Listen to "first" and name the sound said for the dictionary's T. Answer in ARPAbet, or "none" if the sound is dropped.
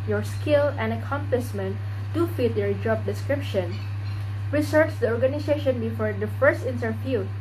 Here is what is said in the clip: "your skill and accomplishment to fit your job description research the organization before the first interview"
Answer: T